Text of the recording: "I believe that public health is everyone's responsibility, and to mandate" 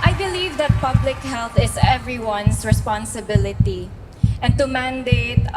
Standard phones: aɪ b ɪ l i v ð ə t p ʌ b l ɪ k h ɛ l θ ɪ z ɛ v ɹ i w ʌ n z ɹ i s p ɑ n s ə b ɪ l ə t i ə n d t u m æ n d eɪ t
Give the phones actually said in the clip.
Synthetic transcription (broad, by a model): aɪ b ɪ l i v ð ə t p ʌ b l ɪ k h ɛ l θ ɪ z ɛ v ɹ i w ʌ n s ɹ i s p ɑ n s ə b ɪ l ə t i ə n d t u m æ n d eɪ t